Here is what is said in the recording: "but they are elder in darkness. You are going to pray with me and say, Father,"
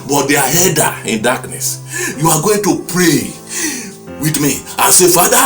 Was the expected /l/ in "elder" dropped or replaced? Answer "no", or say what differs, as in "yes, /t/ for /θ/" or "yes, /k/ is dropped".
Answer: yes, /l/ is dropped